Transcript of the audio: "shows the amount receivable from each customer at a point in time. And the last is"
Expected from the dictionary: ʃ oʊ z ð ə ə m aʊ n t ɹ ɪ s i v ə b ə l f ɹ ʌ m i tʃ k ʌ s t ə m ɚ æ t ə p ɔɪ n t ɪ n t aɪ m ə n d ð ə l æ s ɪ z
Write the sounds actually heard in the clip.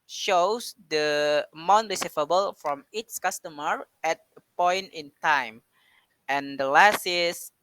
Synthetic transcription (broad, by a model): ʃ oʊ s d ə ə m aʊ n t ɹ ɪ s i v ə b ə l f ɹ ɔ m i s k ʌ s t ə m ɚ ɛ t ə p ɔɪ n t ɪ n t aɪ m ə n d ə l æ s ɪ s